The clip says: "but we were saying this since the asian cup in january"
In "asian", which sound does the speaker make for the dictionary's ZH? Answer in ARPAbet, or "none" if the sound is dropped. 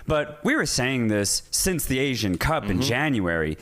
ZH